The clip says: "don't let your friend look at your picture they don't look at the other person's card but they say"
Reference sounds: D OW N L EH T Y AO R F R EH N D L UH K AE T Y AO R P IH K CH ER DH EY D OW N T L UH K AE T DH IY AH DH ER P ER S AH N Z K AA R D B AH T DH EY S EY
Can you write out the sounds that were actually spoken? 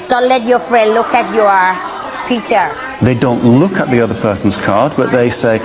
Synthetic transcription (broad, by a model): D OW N L EH T Y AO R F R EH N D L UH K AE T Y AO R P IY CH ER DH EY D OW N T L UH K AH T DH IY AH DH ER P ER S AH N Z K AA R D B AH T DH EY S EY